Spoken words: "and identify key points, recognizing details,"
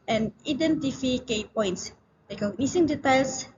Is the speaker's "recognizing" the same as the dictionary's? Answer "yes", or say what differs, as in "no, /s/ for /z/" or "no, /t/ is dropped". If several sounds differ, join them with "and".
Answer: no, /l/ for /ɹ/ and /s/ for /z/